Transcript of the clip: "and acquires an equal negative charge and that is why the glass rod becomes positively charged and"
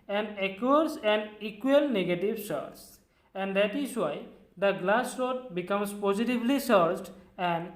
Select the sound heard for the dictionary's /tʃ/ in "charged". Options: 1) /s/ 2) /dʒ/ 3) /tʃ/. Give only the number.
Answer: 1